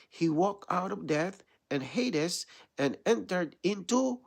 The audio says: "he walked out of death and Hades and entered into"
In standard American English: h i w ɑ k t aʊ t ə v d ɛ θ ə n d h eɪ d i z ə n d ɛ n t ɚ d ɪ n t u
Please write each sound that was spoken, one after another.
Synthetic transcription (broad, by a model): h i w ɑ k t aʊ t ə v d ɛ θ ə n h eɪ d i s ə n ɛ n t ɚ d ɪ n t u